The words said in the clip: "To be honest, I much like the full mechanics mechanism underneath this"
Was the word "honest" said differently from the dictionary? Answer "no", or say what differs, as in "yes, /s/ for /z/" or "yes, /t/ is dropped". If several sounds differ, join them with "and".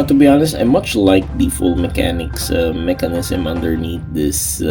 no